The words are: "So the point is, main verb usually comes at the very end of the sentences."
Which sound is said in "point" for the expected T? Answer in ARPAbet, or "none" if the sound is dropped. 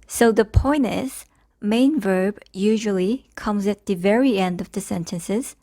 none